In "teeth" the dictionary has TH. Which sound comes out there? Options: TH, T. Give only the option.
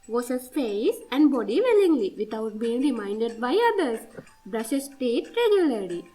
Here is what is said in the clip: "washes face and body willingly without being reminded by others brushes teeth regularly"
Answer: T